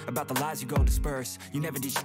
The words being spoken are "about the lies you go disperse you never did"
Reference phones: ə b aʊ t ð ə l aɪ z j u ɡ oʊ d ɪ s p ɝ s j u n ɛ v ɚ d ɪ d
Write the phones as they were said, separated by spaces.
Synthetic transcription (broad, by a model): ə b aʊ t ð ə l aɪ z j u ɡ oʊ d ɪ s p ɝ s j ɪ n ɛ v ɚ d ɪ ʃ